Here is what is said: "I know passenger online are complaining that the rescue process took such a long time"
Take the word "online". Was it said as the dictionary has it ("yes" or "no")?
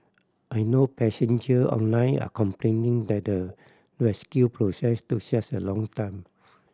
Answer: yes